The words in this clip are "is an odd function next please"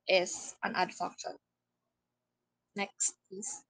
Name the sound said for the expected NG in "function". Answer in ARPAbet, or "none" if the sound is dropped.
none